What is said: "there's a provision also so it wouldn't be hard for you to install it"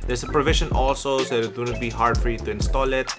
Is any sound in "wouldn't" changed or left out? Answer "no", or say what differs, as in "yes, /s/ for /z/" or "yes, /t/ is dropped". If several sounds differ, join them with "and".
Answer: yes, /n/ is dropped